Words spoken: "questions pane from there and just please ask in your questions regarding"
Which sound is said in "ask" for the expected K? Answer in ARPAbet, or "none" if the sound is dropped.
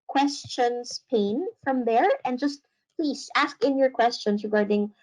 K